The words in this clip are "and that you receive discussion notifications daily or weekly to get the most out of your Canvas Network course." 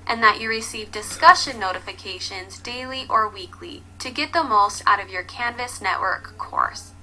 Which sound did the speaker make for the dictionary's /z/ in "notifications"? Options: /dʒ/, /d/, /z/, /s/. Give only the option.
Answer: /z/